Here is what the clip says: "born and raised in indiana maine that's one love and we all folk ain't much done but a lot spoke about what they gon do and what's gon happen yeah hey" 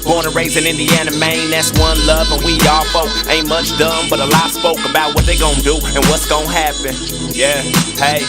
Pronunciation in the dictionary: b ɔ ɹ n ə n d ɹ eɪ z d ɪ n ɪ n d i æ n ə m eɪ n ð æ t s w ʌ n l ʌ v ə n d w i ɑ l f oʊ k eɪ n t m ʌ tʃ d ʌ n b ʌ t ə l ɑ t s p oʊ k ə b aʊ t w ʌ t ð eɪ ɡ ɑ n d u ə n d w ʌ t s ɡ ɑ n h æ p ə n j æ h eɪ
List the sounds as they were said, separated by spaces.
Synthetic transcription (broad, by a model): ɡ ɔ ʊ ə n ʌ ɹ eɪ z ɪ n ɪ n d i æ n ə m eɪ n ð æ t s w ʌ n l ʌ v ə n w i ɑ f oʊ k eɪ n m ʌ tʃ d ʌ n b ʌ t ə l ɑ s p oʊ k ə b aʊ t w ʌ t ð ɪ ɡ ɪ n d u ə n w ʌ t s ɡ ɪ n h æ p ə n j æ h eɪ